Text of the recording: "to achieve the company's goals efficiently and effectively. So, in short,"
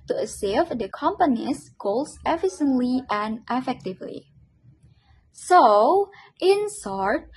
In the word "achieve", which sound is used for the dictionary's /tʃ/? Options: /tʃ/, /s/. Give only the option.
/s/